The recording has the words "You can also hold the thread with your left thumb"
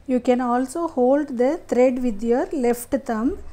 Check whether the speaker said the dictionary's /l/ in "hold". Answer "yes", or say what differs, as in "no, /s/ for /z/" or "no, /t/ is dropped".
yes